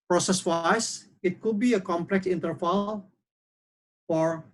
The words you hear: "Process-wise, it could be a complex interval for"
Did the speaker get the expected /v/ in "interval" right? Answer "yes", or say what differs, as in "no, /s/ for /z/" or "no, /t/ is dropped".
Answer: no, /f/ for /v/